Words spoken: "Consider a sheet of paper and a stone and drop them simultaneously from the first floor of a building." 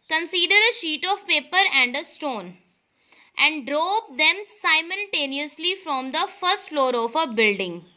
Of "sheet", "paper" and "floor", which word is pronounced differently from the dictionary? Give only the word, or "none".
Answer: none